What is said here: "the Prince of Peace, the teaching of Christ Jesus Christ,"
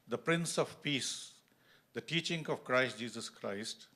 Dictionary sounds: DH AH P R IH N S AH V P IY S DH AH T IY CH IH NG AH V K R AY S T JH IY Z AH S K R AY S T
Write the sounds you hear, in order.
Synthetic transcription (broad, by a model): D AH P R IH N S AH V P IY S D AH T IY CH IH NG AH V K R AY S T JH IY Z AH S K R AY S T